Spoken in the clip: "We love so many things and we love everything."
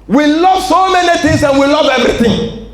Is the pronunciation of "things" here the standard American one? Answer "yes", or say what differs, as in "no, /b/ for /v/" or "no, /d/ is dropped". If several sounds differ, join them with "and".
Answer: no, /t/ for /θ/